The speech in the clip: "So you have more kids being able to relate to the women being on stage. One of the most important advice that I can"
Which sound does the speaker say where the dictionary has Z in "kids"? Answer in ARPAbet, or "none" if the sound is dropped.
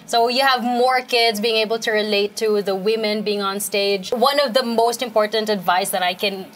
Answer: Z